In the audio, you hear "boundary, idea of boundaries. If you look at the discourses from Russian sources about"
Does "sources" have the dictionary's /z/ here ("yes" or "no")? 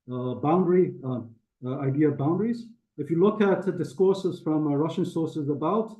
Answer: yes